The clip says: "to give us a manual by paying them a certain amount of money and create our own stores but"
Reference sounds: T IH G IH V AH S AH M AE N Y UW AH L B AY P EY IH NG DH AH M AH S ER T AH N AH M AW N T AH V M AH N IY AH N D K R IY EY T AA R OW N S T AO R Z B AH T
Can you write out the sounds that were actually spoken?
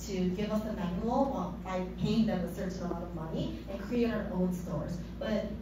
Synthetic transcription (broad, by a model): T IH G IH V AH S AH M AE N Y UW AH L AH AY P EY IH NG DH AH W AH S ER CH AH AH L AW T AH V M AH N IY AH N K R IY EY T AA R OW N S T AO R Z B AH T